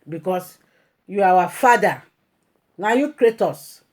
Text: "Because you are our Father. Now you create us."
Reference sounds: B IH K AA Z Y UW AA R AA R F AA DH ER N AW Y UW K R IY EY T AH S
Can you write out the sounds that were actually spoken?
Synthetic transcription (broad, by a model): B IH K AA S Y UW AA W AA F AA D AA N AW Y UW K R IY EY T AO S